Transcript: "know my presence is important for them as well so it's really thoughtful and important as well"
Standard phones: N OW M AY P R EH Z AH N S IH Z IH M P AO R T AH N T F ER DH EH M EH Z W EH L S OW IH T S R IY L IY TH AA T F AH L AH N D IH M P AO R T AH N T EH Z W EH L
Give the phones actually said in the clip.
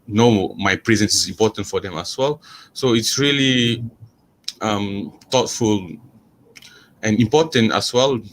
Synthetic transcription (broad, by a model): N OW M AY P R EH Z AH N S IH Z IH M P AO T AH N T F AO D EH M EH S W EH L S OW IH T S R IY L IY T AA T F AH L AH N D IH M P AO T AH N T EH S W EH L